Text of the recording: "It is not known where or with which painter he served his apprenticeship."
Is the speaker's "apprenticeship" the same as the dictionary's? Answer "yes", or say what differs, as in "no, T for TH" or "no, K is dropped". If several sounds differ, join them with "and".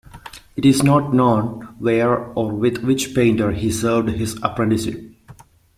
no, SH is dropped